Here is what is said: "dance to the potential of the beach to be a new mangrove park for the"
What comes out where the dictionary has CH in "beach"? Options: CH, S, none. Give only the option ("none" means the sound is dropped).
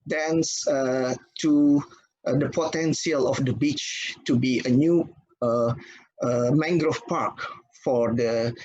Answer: CH